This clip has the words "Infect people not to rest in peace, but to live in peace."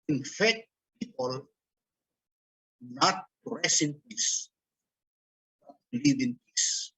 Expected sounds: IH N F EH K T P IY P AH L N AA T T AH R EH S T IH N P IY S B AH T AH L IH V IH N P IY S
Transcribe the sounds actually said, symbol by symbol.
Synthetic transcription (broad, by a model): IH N F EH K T P IY P AH L N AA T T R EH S IH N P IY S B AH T L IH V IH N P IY S